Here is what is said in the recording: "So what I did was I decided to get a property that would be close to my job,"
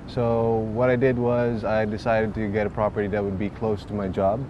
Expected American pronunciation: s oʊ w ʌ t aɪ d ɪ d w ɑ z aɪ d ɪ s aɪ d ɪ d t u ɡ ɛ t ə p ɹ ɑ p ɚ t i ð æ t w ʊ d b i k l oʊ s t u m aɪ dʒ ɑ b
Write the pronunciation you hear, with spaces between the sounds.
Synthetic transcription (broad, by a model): s oʊ w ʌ t aɪ d ɪ d w ɑ z aɪ d ɪ s aɪ d ɪ d t u ɡ ɛ t ə p ɹ ɑ p ɚ t i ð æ t w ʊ d b i k l oʊ s t u m aɪ dʒ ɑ b